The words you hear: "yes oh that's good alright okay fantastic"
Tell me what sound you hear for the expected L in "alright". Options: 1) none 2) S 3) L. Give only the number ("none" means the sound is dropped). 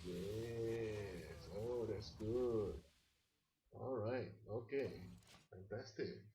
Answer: 3